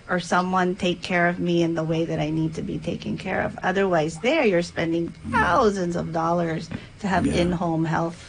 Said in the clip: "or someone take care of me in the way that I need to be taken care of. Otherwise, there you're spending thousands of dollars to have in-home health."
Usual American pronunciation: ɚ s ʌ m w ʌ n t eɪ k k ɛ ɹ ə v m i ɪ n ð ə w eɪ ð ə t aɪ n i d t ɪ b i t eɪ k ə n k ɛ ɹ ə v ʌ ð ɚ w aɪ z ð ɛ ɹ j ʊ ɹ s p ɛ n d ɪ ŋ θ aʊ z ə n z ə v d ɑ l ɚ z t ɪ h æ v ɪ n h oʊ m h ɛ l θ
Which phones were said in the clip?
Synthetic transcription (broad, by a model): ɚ s ʌ m w ʌ n t eɪ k k ɛ ɹ ə v m i ɪ n ð ə w eɪ ð ə t aɪ n i d t ɪ b i t eɪ k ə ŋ k ɛ ɹ ə v ʌ ð ɚ w aɪ z ð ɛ ɹ j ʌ ɹ s p ɛ n d ɪ ŋ θ aʊ z ə n z ə v d ɑ l ɚ z t ɪ v ɪ n h oʊ m h ɛ l θ